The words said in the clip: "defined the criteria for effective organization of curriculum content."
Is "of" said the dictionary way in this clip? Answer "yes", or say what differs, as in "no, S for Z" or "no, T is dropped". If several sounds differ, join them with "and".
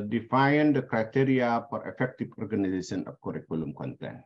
no, P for V